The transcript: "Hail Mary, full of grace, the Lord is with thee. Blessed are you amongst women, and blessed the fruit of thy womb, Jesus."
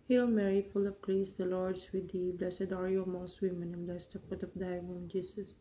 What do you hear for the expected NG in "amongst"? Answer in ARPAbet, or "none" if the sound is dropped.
none